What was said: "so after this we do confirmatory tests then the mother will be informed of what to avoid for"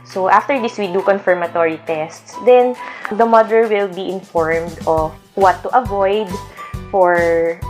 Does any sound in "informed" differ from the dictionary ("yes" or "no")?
no